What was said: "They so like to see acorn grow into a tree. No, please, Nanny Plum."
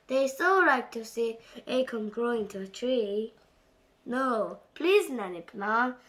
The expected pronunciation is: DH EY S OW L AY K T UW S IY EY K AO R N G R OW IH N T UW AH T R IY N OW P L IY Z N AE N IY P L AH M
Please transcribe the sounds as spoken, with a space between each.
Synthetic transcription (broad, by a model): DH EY S OW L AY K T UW S IY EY K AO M G R OW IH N T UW AH T R IY N OW P L IY Z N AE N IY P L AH